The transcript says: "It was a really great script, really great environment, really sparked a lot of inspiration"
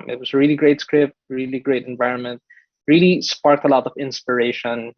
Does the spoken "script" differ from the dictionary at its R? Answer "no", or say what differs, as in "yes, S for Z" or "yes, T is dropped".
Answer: no